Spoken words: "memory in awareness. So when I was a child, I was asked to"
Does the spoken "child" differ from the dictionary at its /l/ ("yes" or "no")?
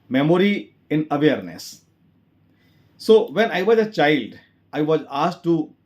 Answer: no